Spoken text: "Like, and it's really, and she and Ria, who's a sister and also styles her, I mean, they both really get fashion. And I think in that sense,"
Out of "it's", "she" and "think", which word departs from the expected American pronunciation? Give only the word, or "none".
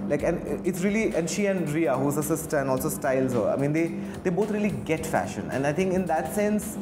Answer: think